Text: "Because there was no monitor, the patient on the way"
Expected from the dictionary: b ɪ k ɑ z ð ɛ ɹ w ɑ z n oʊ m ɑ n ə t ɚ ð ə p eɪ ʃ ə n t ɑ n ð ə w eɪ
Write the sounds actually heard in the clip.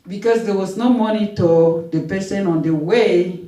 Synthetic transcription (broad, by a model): b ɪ k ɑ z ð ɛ w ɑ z n oʊ m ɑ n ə t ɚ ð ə p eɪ s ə n ɑ n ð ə w eɪ